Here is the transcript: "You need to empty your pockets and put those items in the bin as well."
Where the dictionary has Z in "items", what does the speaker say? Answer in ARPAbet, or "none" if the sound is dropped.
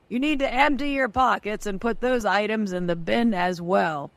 Z